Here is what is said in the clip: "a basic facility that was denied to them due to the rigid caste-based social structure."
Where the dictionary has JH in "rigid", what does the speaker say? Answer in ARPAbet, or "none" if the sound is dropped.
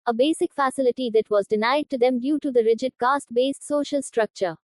JH